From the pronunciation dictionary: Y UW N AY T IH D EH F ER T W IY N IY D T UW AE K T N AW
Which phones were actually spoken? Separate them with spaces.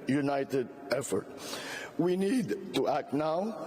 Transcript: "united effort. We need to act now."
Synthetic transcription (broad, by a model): Y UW N AY T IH D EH F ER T W IY N IY D T UW AE K T N AW